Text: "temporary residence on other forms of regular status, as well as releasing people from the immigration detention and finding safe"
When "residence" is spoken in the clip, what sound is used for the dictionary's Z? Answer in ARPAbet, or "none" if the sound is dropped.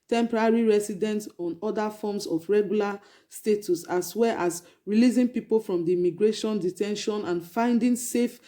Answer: S